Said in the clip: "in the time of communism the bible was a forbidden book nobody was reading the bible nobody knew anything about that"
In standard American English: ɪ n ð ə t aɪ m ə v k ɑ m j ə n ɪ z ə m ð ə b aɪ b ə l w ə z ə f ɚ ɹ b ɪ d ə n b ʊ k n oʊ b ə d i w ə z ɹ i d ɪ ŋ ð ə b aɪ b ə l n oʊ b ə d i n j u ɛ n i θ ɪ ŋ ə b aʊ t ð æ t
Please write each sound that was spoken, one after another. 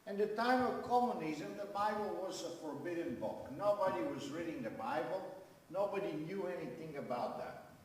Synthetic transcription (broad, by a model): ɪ n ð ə t aɪ m ə v k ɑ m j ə n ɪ z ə m ð ə b aɪ b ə l w ə z ə f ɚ ɹ b ɪ d n b ʊ k n oʊ b ə d i w ə z ɹ i d ɪ ŋ ð ə b aɪ b ə l n oʊ b ə d i n j u ɛ n i θ ɪ ŋ ə b aʊ t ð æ t